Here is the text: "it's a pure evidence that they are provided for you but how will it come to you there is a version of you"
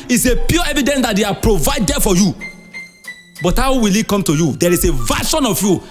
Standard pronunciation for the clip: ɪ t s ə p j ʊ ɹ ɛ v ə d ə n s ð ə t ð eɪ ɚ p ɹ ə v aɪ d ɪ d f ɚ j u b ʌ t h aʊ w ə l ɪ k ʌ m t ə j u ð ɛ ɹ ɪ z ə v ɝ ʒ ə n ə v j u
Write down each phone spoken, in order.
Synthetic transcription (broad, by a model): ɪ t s ə p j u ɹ ɛ v ə d ə n s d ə t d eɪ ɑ p ɹ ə v aɪ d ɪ f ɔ j u b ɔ t h aʊ w ə l ɪ k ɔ m t ə j u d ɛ ɹ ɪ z ə v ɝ ʃ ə n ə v j u